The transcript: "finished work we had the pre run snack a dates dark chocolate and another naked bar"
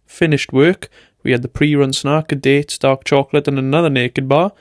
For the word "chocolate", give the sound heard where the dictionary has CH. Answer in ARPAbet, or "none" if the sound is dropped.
CH